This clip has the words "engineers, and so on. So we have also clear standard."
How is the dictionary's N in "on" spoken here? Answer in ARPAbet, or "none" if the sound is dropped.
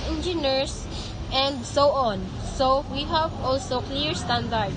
N